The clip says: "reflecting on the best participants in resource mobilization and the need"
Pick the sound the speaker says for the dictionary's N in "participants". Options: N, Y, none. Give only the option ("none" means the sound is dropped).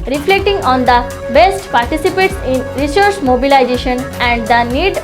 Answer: none